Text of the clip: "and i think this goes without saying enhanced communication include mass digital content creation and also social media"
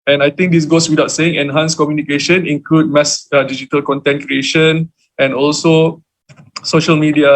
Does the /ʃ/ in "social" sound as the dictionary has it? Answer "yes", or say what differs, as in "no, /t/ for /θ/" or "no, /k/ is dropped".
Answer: yes